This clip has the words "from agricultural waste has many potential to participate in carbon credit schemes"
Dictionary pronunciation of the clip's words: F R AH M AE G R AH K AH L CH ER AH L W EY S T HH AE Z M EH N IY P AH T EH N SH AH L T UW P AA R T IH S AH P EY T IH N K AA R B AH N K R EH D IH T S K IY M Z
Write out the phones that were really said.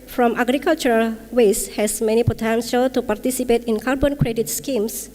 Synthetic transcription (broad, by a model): F R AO M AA G R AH K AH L CH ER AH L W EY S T HH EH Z M EH N IY P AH T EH N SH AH L T UW P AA R T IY S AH P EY T IH N K AA R B AH N K R EH D IH T S K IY M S